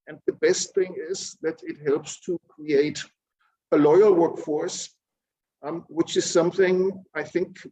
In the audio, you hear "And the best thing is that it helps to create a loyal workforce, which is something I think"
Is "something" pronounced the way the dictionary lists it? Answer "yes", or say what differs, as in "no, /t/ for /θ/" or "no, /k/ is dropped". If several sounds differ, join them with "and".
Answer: yes